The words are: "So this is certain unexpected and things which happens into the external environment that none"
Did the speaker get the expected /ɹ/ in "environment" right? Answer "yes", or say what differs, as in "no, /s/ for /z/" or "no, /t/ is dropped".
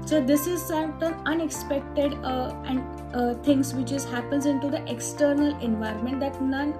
yes